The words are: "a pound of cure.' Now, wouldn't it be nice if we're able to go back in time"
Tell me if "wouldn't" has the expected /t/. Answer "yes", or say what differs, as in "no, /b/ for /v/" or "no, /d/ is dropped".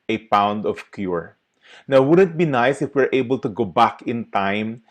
yes